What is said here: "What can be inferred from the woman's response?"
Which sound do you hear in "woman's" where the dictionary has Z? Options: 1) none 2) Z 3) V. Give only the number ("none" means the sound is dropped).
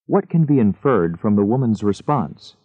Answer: 2